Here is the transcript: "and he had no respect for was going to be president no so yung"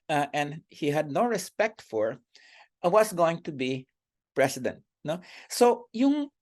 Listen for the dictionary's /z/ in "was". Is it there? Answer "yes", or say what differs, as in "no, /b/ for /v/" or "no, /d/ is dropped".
no, /s/ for /z/